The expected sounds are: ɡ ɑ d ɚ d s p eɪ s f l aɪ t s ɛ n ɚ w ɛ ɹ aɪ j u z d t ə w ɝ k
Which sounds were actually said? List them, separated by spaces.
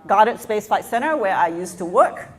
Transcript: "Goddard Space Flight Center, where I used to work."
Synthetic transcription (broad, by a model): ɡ ɑ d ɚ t s p eɪ s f aɪ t s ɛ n ɚ w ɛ ɹ aɪ j u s t ə w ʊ k